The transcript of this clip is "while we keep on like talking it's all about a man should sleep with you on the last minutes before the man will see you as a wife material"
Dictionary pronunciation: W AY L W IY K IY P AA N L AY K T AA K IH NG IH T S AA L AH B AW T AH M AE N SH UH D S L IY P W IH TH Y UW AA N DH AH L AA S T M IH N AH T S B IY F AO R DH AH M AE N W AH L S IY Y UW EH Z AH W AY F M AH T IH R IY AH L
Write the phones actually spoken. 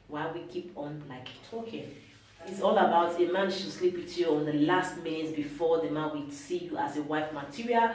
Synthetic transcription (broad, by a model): W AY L W IY K IY P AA N L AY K T AA K IH NG IH T S AA L AH B AW T AH M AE N SH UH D S L IY P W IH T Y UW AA N DH AH L AA S T M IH N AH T B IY F AO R DH AH M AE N W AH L S IY Y UW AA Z AH W AY F M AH T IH R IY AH L